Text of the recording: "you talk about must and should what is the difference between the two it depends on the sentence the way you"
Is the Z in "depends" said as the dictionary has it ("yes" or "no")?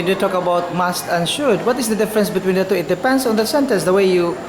no